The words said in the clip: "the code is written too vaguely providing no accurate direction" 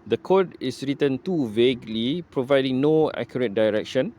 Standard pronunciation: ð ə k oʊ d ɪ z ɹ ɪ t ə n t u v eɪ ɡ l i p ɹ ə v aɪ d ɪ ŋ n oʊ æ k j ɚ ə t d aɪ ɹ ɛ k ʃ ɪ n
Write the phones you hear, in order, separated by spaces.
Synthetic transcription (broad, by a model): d ə k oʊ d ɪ s ɹ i t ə n t u v eɪ ɡ l i p ɹ ə v aɪ d ɪ ŋ n oʊ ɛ k j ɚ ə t d aɪ ɹ ɛ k ʃ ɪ n